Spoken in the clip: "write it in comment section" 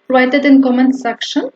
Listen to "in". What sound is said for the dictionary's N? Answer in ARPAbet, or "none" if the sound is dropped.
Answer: N